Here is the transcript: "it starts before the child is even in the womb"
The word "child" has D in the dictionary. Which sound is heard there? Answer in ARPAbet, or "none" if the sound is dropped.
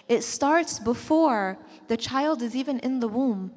D